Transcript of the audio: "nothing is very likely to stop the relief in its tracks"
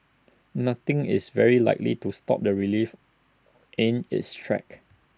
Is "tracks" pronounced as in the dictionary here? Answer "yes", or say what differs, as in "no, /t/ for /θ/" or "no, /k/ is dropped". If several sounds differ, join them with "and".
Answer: no, /s/ is dropped